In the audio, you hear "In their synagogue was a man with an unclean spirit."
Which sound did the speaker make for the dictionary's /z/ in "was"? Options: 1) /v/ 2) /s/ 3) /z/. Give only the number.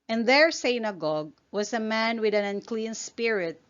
2